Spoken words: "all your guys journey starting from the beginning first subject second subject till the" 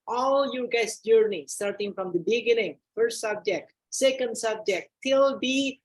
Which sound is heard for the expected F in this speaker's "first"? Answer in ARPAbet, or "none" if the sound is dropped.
F